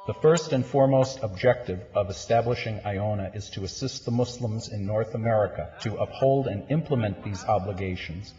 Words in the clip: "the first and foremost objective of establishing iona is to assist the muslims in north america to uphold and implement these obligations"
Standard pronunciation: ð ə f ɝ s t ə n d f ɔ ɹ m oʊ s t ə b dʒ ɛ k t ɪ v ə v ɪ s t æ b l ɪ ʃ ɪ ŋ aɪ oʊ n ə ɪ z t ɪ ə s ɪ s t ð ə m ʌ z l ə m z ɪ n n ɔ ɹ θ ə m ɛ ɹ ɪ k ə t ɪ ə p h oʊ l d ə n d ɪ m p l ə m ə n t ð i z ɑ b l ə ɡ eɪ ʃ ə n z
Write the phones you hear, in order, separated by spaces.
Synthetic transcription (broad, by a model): ð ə f ɝ s t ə n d f ɔ ɹ m oʊ s t ə b dʒ ɛ k t ɪ v ə v ɪ s t æ b l ɪ ʃ ɪ ŋ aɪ oʊ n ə ɪ z t ɪ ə s ɪ s t ð ə m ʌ s l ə m z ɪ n n ɔ ɹ θ ə m ɛ ɹ ɪ k ə t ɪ ə p h oʊ l d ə n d ɪ m p l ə m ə n ð i z ɑ b l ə ɡ eɪ ʃ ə n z